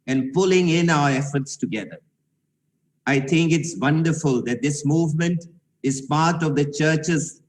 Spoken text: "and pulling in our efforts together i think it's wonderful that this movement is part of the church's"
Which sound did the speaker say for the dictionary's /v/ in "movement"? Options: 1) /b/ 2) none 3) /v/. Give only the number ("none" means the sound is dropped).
3